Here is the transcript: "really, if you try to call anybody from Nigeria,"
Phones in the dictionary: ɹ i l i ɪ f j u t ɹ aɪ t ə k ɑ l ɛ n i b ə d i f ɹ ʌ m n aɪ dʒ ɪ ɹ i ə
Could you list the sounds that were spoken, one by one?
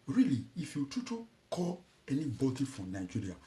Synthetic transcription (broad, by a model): ɹ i l i ɪ f j u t u t ə k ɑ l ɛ n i b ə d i f ɹ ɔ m n aɪ dʒ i ɹ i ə